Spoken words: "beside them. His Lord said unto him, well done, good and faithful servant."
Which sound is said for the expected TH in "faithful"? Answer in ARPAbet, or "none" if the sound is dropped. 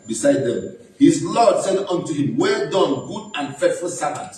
T